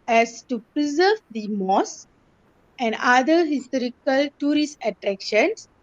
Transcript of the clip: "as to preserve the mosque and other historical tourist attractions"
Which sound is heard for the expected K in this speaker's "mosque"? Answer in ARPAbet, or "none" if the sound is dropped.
none